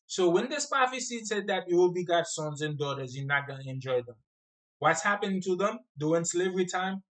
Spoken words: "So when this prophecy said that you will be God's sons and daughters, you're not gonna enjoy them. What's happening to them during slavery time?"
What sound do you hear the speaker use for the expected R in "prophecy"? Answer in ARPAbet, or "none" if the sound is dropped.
none